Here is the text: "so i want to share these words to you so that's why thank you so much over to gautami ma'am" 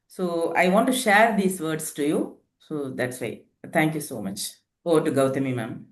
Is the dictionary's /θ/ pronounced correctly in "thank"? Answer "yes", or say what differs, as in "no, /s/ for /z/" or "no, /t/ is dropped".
no, /t/ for /θ/